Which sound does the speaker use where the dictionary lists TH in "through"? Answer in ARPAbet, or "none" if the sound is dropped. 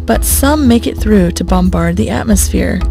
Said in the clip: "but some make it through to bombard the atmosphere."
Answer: TH